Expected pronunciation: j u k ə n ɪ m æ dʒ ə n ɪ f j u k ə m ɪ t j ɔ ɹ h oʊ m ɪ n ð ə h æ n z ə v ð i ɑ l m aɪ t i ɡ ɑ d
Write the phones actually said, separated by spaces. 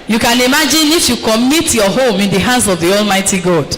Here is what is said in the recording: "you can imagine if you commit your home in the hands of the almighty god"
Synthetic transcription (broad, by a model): j u k ə n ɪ m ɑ dʒ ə n ɪ f j u k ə m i t j ɔ h oʊ m ɪ n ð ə h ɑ n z ə v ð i ɑ l m aɪ t i ɡ ɑ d